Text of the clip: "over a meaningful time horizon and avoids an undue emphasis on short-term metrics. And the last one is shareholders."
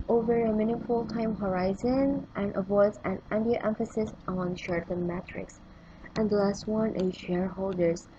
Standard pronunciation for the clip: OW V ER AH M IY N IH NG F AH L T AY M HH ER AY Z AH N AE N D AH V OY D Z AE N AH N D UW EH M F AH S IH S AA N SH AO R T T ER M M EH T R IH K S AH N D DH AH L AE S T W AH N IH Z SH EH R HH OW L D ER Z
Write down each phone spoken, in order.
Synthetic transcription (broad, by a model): OW V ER AH M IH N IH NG F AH L T AY M HH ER AY Z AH N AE N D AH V OY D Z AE N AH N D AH EH M F AH S IH S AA N SH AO R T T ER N M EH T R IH K S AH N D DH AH L AE S T W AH N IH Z SH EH R HH OW L D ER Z